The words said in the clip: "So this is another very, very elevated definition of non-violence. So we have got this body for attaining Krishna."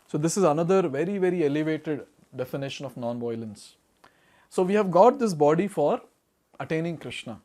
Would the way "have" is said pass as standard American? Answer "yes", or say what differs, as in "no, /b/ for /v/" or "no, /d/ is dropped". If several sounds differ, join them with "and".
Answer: yes